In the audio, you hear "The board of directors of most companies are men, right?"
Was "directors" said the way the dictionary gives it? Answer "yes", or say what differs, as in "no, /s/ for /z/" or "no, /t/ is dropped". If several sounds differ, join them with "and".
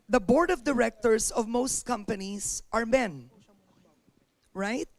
no, /s/ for /z/